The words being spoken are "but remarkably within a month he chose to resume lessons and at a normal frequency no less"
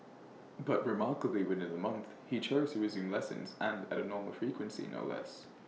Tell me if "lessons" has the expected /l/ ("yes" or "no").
yes